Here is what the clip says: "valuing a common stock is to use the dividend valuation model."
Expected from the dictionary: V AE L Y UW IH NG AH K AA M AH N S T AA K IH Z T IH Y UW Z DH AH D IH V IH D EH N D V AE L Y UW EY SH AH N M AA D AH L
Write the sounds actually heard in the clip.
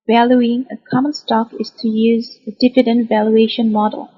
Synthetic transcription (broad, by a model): V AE L Y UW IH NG AH K AA M AH N S T AA K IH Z T IH Y UW Z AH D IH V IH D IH N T V AE L Y UW EY SH AH N M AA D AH L